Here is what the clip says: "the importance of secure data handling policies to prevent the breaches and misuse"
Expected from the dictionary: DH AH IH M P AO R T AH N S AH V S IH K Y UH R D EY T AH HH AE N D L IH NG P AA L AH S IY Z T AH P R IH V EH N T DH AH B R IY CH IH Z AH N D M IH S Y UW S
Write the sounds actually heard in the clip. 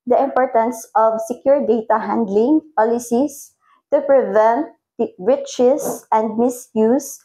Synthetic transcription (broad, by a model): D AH IH M P AO R T AH N S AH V S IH K Y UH R D EY T AH HH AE N D L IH NG P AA L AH S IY S T AH P R IH V EH N T R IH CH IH S AH N D M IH S Y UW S